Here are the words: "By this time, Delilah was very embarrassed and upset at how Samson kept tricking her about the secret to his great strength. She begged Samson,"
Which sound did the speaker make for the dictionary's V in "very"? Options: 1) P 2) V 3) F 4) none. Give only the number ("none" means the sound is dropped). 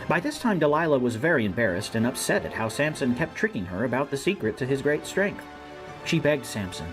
2